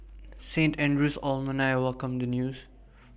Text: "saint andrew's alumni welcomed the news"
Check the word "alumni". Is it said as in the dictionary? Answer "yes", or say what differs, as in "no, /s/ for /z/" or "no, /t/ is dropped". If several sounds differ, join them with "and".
no, /m/ is dropped